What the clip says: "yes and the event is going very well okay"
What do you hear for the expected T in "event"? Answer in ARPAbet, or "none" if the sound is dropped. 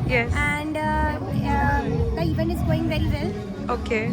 none